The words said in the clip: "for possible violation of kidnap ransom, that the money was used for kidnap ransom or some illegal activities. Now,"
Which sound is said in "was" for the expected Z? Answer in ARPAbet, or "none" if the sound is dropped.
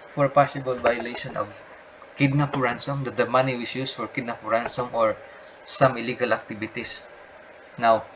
S